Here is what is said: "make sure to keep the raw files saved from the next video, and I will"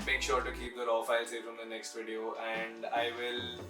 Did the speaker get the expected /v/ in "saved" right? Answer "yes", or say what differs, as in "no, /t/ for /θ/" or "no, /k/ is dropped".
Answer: no, /f/ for /v/